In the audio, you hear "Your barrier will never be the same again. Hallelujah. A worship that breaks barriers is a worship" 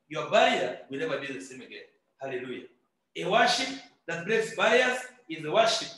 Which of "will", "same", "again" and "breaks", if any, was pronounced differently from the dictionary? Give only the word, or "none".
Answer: breaks